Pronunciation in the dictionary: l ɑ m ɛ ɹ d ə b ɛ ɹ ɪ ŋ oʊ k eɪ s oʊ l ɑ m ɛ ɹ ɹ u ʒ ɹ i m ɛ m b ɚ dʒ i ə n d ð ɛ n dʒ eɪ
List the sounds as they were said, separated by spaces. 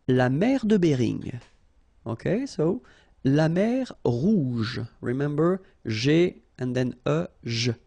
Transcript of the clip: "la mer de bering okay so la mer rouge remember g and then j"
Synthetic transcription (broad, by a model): l ɑ m ɛ ɹ d ə b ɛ ɹ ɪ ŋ oʊ k eɪ s oʊ l ɑ m ɛ ɹ ɹ u ʒ ɹ i m ɛ m b ɚ ʒ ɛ ə n d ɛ n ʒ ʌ